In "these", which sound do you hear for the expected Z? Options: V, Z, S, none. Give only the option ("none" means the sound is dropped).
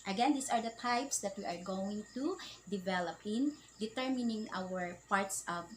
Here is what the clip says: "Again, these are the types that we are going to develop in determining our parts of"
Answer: S